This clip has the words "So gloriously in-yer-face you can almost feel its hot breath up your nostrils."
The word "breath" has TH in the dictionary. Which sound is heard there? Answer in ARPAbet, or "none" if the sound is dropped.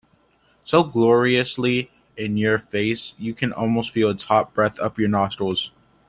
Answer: TH